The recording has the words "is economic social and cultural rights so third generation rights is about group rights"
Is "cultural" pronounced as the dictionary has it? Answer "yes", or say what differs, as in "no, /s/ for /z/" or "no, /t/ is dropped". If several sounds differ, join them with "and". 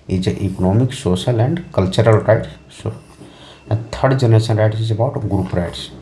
yes